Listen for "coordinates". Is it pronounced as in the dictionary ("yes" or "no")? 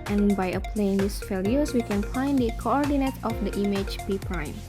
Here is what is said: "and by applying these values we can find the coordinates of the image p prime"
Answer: no